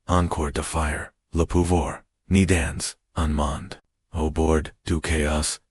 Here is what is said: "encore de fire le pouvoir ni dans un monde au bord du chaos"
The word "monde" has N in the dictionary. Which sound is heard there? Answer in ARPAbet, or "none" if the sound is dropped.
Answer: N